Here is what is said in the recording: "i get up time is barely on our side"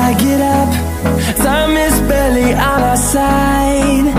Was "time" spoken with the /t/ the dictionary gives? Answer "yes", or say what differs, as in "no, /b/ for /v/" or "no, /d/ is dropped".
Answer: no, /s/ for /t/